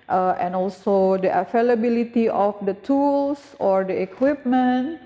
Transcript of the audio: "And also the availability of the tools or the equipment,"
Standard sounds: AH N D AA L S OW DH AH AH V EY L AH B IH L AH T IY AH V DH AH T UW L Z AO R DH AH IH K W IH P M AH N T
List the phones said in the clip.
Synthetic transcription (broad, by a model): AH N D AA L S OW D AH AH F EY L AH B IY L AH T IY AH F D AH T UW L S AO R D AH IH K W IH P M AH N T